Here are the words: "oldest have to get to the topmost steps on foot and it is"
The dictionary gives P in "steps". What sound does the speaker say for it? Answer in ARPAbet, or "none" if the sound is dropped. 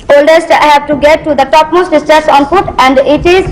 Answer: none